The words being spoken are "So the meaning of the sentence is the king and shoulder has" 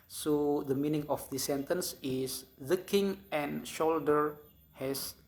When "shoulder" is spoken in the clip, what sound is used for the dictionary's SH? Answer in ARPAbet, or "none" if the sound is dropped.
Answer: SH